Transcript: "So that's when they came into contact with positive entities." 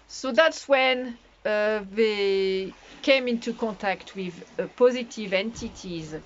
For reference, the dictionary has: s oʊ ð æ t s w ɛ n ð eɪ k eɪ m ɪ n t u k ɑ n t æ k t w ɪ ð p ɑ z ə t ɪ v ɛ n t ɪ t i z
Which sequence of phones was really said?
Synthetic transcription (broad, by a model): s oʊ ð æ t s w ɛ n ð eɪ k eɪ m ɪ n t u k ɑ n t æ k t w ɪ ð p ɑ z ə t ɪ v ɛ n t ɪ t i z